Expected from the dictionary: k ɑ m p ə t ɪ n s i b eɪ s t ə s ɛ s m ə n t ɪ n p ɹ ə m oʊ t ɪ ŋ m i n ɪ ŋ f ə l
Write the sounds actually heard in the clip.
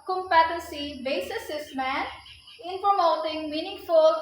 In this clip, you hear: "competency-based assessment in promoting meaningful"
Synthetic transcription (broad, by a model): k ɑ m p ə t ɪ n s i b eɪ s ə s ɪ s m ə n ɪ n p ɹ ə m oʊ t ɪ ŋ m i n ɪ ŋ f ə l